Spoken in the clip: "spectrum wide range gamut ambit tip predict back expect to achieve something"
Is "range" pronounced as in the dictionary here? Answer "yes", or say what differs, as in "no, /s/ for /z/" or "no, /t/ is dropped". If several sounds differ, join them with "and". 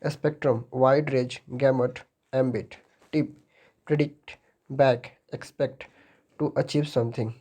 no, /n/ is dropped